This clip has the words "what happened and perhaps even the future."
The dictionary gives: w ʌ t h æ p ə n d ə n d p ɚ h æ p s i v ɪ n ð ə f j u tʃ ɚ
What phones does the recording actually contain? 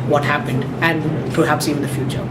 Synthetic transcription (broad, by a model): w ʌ t h æ p ə n d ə n p ɚ h æ p s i v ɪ n ð ə f j u tʃ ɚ